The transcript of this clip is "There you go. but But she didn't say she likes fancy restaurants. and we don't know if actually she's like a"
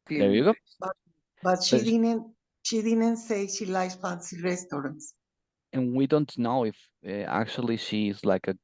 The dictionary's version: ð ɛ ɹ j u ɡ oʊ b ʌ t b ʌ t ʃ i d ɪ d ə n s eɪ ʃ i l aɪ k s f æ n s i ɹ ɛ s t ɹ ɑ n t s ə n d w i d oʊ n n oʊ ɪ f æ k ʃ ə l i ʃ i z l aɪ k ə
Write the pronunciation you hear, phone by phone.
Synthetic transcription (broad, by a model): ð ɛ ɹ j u ɡ oʊ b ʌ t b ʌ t ʃ i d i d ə n s eɪ ʃ i l aɪ s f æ n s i ɹ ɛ s t ɹ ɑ n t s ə n w i d oʊ n n oʊ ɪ f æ k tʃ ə l i ʃ i z l aɪ k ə